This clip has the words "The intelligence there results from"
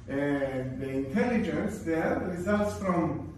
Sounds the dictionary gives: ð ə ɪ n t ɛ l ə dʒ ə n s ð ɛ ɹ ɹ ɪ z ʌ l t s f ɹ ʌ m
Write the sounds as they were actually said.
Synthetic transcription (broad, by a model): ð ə ɪ n t ɛ l ə dʒ ə n s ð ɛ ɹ ɹ ɪ z ʌ l t s f ɹ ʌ m